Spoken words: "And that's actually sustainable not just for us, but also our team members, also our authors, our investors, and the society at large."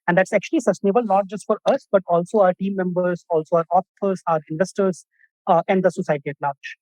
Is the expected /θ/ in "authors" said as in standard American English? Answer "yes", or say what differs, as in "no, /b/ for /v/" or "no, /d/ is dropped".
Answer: no, /s/ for /θ/